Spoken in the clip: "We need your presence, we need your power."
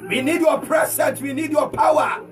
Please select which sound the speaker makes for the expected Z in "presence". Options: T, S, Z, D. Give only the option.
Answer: S